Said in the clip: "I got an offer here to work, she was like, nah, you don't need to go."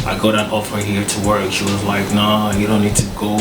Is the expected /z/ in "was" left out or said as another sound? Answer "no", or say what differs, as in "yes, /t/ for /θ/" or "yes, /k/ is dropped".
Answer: no